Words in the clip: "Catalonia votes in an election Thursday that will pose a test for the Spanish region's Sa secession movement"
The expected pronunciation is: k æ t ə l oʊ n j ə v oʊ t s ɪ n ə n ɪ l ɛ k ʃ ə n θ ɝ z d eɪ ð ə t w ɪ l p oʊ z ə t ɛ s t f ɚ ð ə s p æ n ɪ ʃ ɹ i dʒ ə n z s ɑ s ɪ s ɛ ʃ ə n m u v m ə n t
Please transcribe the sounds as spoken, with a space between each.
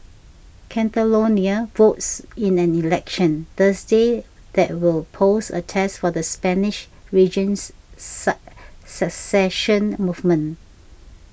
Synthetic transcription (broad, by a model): k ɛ t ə l oʊ n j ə v oʊ t s ɪ n ə n ɪ l ɛ k ʃ ə n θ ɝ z d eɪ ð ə t w ɪ l p oʊ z ə t ɛ s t f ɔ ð ə s p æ n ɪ ʃ ɹ i dʒ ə n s s ɪ s ɛ ʃ ə n m u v m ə n